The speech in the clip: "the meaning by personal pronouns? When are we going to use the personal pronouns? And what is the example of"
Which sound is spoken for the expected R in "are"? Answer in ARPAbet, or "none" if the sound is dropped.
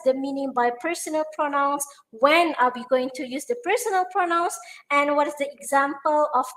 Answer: L